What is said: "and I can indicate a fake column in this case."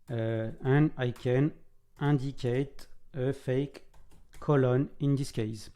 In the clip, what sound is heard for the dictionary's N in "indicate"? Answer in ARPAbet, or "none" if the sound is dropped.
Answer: none